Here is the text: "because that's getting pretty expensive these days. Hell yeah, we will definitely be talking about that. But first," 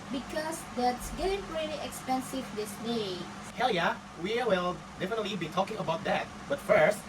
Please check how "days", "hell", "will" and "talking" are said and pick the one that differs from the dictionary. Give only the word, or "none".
days